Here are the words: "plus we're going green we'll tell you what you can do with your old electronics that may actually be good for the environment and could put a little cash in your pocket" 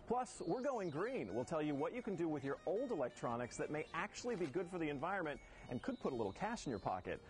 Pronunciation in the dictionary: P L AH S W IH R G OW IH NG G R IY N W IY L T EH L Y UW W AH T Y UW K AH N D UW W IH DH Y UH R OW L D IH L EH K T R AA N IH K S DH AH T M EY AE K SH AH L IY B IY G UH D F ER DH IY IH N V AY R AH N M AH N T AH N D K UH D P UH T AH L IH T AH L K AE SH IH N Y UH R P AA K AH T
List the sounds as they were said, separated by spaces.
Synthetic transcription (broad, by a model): P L AH S W IH R G OW IH NG G R IY N W IY L T EH L Y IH W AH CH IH K AH N D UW W IH DH Y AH R OW L D IH L EH K T R AA N IH K S DH AH T M EY AE K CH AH L IY B IY G UH D F ER DH IY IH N V AY R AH N M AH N T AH N K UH D P UH T AH L IH T L K AE SH N Y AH R P AA K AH T